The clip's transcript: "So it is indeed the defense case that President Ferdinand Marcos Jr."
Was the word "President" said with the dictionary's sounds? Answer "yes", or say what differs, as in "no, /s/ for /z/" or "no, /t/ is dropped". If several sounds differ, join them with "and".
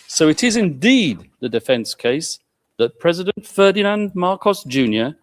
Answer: yes